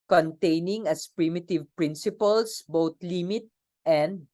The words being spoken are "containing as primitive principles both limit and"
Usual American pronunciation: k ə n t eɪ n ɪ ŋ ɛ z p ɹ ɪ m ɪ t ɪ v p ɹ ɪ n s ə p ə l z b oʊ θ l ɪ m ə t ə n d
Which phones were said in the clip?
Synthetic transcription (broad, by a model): k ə n t eɪ n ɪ ŋ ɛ s p ɹ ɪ m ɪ t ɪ v p ɹ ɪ n s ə p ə l s b oʊ t l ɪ m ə t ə n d